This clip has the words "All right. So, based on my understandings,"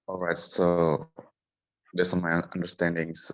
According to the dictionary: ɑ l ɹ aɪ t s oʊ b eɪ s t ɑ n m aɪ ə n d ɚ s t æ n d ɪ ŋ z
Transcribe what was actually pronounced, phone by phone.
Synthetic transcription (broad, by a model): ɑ l ɹ aɪ t s oʊ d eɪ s ɑ m aɪ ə n d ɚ s t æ n d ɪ ŋ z